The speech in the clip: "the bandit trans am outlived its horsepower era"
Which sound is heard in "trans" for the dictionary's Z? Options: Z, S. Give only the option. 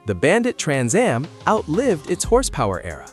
Z